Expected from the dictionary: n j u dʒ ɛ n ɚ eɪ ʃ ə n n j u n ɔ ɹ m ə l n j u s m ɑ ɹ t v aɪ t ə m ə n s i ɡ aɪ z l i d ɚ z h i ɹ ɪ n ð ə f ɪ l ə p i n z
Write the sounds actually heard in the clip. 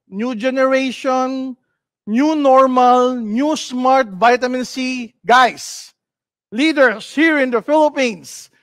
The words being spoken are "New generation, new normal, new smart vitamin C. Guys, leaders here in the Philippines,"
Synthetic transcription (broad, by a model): n j u dʒ ɛ n ɚ eɪ ʃ ə n n j u n ɔ ɹ m ə l n j u s m ɑ ɹ t v aɪ t ə m ə n s i ɡ aɪ s l i d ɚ s h i ɹ ɪ n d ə f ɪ l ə p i n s